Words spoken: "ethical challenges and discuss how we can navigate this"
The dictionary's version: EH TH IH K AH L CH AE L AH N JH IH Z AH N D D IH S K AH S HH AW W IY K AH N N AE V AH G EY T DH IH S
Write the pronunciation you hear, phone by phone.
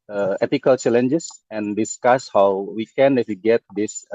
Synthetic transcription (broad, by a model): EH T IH K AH L CH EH L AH N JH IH S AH N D D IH S K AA S HH AW W IY K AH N N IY F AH G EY T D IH S